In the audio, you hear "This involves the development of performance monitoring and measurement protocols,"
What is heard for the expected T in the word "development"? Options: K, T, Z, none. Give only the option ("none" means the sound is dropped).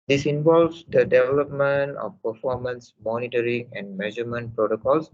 T